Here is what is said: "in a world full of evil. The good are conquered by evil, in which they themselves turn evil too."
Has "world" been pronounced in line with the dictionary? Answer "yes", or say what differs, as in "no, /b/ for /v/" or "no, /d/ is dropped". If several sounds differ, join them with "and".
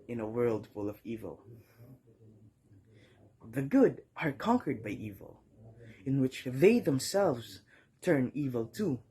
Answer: yes